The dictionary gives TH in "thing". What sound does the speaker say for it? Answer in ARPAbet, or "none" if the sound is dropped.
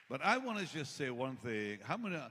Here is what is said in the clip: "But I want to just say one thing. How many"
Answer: TH